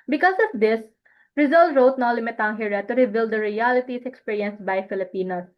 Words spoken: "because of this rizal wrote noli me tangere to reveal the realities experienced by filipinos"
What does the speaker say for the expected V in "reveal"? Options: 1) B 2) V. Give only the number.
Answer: 1